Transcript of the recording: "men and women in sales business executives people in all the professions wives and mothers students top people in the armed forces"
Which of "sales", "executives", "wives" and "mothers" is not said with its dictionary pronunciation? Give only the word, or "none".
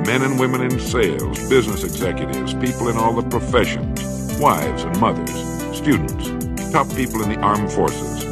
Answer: none